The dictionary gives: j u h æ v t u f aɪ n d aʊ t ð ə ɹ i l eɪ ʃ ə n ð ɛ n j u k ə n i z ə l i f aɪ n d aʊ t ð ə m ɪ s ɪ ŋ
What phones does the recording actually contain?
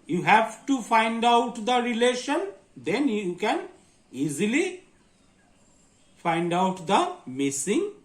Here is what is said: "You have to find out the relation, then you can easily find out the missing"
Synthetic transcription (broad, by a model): j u h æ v t u f aɪ n d aʊ t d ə ɹ i l eɪ ʃ ə n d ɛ n j u k ə n i z ə l i f aɪ n d aʊ t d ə m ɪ s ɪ ŋ